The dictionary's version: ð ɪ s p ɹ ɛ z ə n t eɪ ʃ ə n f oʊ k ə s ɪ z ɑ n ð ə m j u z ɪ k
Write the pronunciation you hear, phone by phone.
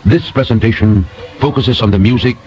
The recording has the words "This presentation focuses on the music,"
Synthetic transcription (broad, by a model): ð ɪ s p ɹ ɛ z ə n t eɪ ʃ ə n f oʊ k ə s ɪ z n ð ə m j u z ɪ k